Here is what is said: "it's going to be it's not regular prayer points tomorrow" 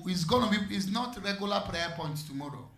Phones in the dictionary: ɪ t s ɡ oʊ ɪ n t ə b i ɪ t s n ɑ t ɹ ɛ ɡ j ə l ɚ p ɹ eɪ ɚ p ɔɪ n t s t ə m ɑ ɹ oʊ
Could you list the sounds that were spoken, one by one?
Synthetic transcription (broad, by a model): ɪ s ɡ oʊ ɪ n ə b i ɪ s n ɑ t ɹ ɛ ɡ j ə l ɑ p ɹ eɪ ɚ p ɔɪ n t t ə m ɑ ɹ oʊ